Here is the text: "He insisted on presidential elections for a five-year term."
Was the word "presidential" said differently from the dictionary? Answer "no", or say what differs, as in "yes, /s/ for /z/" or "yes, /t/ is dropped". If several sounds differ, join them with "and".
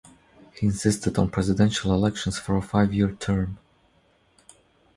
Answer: no